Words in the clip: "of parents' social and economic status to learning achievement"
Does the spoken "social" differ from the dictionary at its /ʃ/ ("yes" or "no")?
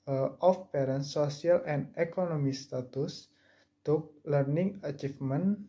yes